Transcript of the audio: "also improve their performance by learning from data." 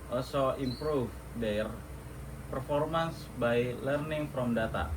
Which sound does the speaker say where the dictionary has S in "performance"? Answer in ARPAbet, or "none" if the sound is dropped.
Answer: S